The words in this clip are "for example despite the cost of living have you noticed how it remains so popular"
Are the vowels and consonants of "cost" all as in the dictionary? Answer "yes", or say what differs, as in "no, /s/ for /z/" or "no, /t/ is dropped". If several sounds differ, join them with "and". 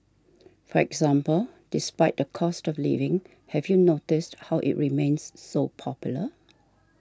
yes